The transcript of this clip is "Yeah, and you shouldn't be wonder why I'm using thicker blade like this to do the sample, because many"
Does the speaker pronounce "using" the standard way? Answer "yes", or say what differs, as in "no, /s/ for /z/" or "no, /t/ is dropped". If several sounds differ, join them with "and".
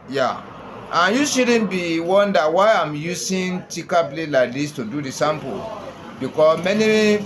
no, /s/ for /z/